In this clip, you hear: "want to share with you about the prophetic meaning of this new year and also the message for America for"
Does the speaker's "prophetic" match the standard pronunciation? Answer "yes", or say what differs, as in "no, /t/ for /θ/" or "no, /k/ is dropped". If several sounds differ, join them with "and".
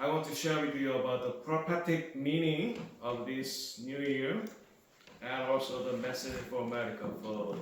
no, /p/ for /f/